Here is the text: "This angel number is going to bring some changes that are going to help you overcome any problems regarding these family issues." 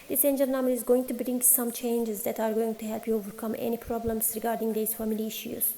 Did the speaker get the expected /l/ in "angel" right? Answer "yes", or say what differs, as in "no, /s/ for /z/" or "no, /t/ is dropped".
no, /n/ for /l/